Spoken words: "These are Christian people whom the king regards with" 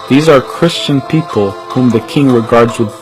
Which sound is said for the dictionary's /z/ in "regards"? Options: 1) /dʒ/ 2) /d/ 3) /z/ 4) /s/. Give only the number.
3